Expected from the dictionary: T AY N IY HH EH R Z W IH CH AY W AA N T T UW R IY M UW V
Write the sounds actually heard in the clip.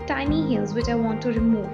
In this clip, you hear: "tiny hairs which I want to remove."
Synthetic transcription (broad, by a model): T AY N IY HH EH L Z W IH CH AY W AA N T T UW R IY M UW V